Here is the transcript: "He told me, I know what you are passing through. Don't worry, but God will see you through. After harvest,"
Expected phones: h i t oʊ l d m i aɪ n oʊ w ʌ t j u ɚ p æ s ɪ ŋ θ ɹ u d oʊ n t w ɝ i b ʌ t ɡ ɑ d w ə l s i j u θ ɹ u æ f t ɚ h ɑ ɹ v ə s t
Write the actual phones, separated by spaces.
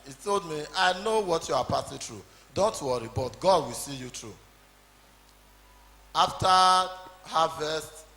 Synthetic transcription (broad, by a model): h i t oʊ l d m i aɪ n oʊ w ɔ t j u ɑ p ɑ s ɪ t ɹ u d oʊ n t w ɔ i b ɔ t ɡ ɑ d w ə l s i j u t ɹ u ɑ f t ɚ h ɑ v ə s t